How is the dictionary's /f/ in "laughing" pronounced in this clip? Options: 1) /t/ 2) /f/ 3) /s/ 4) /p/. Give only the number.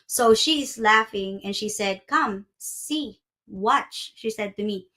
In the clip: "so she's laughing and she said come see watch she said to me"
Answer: 2